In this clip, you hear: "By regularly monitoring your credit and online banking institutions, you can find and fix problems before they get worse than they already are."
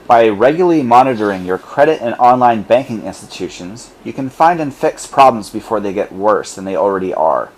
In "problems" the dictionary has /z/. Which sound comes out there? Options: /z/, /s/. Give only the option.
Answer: /z/